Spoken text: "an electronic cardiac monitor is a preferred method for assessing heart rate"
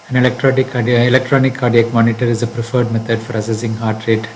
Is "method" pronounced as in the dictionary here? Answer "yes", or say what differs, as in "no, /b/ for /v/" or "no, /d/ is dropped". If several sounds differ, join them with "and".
no, /t/ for /θ/